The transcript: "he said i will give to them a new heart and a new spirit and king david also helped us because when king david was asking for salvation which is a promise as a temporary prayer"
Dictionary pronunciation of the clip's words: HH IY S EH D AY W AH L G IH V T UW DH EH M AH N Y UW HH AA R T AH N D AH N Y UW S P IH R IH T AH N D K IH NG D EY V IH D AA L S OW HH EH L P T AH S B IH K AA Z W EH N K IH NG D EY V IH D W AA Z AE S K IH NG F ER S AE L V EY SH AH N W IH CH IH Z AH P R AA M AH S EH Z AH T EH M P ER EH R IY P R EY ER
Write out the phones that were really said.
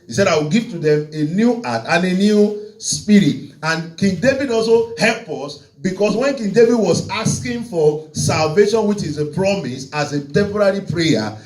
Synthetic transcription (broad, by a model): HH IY S EH D AY W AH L G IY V T UW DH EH M AH N Y UW AA T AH N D AH N Y UW S P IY R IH T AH N K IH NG D EY V IH D AA L S OW HH EH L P AH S B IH K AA S W EH N K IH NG D EY V IH D W AA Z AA S K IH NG F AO S AE L V EY SH AH N W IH CH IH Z AH P R AA M AH S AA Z AH T EH M P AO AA R IY P R EY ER